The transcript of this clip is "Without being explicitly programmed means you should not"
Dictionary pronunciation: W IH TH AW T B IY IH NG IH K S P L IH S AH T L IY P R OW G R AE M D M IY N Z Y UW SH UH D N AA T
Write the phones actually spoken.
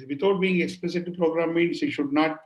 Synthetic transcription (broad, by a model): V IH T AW T B IY IH NG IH K S P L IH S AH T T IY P R OW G R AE M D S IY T SH UH D N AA T